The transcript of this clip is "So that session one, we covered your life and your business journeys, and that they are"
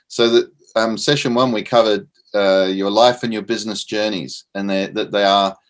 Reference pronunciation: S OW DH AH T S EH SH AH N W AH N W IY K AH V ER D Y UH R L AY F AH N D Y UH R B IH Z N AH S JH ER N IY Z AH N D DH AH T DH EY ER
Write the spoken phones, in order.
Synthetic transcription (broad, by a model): S OW DH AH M S EH SH AH N W AH N W IY K AH V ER D Y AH R L AY F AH N Y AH R B IH Z N AH S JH ER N IY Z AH N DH DH AH T DH EY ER